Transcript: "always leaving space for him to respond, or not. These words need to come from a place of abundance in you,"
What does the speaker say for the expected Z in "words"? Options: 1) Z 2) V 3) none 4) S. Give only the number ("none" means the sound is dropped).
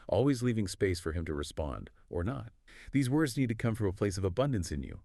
1